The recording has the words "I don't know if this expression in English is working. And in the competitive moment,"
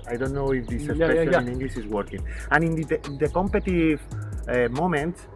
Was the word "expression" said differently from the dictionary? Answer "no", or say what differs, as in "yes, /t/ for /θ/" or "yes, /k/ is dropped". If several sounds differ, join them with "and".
yes, /k/ is dropped